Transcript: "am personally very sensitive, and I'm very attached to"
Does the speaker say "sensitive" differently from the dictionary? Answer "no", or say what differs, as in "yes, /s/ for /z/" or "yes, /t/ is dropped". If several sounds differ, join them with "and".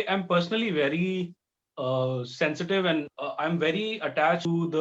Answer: no